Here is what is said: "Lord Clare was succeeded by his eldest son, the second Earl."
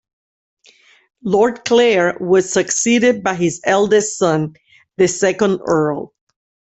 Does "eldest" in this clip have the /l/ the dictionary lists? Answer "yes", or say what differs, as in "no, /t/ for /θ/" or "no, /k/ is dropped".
yes